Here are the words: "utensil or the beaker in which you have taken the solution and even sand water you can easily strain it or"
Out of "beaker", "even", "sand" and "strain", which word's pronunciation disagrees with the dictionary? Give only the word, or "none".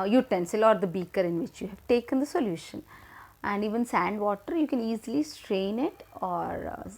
none